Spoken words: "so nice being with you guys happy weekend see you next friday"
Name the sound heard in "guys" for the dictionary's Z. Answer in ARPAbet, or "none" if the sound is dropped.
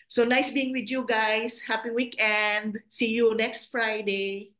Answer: S